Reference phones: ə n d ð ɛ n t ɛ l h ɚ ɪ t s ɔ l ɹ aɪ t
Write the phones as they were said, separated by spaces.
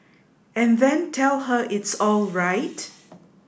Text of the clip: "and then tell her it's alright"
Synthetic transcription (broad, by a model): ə n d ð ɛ n t ɛ l h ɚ ɪ t s ɔ l ɹ aɪ t